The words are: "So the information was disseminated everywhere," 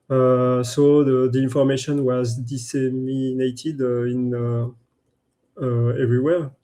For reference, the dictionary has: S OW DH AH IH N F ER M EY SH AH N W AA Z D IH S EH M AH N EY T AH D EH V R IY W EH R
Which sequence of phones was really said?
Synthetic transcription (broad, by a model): S OW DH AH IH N F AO M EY SH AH N W AA Z D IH S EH M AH N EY T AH D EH V R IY W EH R